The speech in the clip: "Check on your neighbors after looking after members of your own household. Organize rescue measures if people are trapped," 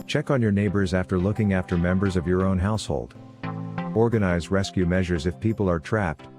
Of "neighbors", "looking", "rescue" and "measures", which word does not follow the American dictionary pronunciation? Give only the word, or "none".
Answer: none